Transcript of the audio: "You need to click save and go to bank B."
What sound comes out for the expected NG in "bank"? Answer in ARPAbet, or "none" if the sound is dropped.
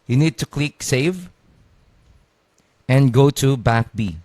none